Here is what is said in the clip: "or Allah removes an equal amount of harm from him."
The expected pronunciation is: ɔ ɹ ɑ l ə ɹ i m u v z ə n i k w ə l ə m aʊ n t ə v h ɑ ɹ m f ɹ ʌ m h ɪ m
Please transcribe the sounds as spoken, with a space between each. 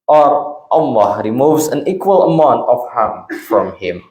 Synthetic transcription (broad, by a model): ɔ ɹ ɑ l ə ɹ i m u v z ə n i k w ə l ə m aʊ n t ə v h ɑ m f ɹ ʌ m h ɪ m